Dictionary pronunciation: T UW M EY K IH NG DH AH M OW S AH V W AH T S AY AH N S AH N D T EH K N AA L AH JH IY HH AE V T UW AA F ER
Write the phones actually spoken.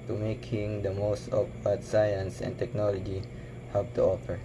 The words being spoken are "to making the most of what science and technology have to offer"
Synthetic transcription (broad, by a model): T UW M EY K IH NG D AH M OW S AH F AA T S AY AH N S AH N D T EH K N AA L AH JH IY HH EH P T UW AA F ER